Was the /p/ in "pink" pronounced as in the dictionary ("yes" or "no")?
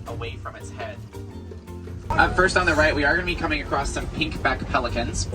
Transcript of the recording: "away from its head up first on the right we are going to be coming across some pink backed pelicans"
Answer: yes